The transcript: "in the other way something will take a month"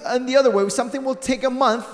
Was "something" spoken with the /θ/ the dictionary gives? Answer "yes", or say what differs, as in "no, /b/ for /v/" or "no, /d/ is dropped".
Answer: yes